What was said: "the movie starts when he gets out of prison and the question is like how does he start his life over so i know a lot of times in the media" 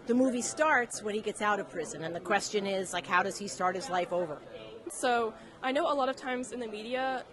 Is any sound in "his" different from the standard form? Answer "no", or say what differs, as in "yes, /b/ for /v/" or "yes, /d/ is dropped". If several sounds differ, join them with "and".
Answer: no